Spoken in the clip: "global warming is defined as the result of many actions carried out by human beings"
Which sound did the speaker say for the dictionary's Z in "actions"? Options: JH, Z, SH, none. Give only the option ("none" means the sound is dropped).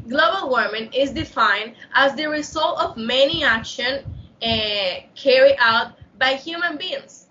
none